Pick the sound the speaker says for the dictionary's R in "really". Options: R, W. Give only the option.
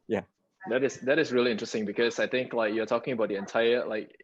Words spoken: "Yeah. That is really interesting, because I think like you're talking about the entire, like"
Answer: R